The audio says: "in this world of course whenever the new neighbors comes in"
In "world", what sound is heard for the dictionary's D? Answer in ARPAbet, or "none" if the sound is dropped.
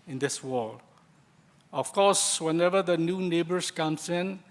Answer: none